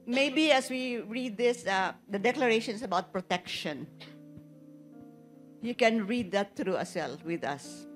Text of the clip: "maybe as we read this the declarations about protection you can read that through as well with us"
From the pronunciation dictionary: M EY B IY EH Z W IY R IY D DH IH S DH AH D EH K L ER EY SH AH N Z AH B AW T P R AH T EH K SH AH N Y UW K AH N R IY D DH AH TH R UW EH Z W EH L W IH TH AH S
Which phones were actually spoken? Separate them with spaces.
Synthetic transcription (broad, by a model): M EY B IY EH S W IY R IY D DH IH S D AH D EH K L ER EY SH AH N S AH B AW T P R AH T EH K SH AH N Y UW K AH N R IY D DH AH T R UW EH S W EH L W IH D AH S